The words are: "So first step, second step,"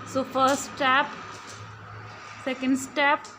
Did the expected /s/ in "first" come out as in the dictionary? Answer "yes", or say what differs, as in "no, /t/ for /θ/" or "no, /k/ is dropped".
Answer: no, /s/ is dropped